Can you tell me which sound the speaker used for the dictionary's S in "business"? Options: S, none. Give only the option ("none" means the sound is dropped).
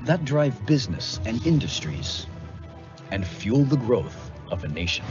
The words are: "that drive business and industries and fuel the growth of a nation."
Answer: S